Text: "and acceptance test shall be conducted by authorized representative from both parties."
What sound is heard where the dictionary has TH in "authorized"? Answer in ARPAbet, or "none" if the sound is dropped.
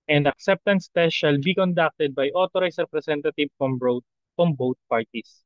T